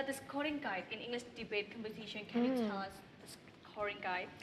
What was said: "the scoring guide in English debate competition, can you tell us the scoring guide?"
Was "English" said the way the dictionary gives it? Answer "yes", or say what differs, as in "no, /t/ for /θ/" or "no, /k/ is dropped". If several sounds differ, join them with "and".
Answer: yes